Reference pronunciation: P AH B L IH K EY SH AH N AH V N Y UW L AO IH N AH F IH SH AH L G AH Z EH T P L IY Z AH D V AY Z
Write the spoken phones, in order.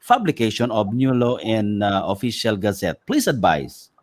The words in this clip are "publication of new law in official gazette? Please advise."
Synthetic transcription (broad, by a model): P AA B L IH K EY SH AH N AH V N Y UW L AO IH N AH F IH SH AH L G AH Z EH T P L IY S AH D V AY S